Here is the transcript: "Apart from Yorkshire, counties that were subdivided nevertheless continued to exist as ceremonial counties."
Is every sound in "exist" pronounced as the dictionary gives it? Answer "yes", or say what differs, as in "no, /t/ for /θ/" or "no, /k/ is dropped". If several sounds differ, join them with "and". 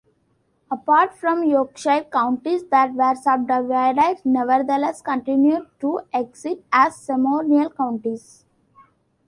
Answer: no, /s/ is dropped